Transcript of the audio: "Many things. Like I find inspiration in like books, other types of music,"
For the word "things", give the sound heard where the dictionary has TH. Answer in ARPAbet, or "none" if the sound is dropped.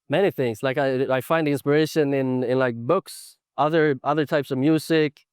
TH